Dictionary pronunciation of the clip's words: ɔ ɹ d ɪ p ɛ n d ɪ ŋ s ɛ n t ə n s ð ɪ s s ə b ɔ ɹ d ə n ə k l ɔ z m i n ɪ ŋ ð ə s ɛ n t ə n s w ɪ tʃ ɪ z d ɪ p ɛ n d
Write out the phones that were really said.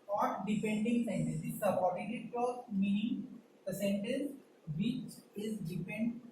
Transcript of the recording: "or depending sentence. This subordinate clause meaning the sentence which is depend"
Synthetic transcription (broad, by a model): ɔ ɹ d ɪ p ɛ n d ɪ ŋ s ɛ n t ə n s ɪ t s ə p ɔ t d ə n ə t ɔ m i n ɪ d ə s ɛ n t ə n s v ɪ tʃ ɪ z d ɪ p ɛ n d